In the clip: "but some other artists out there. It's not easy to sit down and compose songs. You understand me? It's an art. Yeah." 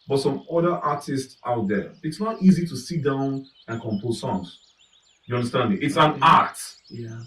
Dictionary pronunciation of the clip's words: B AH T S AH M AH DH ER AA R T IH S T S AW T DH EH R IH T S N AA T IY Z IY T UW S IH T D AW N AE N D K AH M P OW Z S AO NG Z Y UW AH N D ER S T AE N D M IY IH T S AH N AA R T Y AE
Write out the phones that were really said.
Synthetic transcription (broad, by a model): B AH T S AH M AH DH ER AA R T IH S T S AW T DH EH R IH T S N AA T IY Z IY T UW S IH T D AW N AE N K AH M P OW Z S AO NG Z Y UW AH N D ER S T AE N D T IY IH T S AH N AA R T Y